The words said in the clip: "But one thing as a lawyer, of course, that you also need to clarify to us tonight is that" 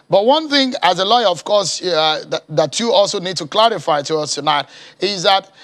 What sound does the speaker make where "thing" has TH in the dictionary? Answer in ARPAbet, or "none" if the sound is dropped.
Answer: TH